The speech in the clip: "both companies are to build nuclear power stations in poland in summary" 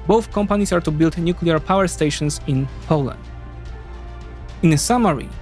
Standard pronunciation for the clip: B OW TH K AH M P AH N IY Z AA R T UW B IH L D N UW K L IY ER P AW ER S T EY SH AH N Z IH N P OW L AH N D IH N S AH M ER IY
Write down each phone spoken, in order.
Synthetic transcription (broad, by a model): B OW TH K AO M P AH N IY S AA R T UW B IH L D N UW K L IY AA P AW ER S T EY SH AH N S IH N P OW L AH N D IH N S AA M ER IY